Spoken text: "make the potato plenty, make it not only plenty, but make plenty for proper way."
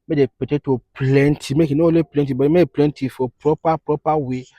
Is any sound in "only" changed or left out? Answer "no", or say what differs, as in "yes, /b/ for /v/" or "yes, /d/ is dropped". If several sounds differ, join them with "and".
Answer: yes, /n/ is dropped